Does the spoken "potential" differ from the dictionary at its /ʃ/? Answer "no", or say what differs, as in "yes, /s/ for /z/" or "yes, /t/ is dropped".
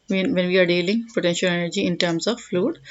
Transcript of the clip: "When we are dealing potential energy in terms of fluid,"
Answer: no